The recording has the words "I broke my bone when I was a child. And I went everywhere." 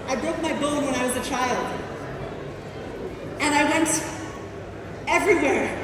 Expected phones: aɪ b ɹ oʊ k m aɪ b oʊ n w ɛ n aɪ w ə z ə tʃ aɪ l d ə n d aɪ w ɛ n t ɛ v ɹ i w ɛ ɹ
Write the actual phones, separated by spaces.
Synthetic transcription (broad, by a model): aɪ b ɹ oʊ k m aɪ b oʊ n w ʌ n aɪ w ə z ə tʃ aɪ l d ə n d aɪ w ɛ n t ɛ v ɹ i w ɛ ɹ